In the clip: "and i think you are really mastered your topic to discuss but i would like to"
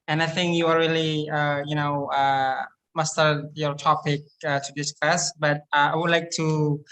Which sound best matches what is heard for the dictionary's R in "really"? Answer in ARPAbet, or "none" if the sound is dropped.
L